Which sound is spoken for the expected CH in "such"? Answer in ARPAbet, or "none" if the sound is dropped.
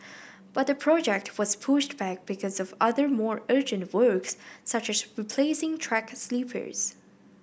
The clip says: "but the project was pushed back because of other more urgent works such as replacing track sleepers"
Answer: CH